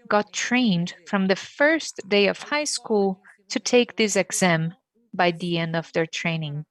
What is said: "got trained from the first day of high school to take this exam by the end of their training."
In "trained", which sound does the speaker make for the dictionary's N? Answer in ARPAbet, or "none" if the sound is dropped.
N